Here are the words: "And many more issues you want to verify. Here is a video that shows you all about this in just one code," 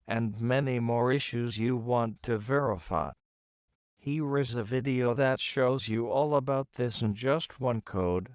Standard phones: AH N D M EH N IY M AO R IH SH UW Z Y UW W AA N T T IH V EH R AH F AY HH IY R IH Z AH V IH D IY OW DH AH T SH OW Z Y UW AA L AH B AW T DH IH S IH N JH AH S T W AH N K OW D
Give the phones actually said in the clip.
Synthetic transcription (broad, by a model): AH N M EH N IY M AO R IH SH UW Z Y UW W AA N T T IH V EH R AH F AY HH IY R IH Z AH V IH D IY OW DH AH T SH OW Z Y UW AA L AH B AW T DH IH S IH N JH AH S T W AH N K OW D